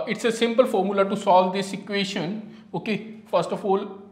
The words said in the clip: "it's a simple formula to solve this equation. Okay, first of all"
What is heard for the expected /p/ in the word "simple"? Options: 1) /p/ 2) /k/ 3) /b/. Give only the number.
1